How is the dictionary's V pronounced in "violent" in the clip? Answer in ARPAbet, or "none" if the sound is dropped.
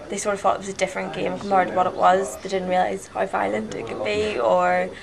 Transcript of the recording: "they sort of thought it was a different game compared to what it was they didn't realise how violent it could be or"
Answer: F